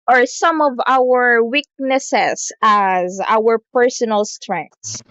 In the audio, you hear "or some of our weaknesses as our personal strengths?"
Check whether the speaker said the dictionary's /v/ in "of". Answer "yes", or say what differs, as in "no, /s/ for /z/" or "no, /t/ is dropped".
yes